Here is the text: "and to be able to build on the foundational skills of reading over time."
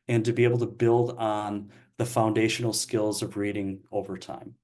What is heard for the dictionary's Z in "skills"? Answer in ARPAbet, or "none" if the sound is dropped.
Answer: Z